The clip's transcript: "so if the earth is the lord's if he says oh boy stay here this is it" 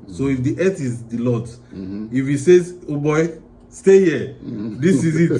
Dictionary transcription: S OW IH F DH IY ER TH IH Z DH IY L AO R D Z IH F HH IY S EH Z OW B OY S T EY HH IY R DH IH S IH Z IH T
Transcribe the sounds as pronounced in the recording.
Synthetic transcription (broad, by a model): S OW IH F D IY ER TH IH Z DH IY L AO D IH F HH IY S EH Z OW B OY S T EY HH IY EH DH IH S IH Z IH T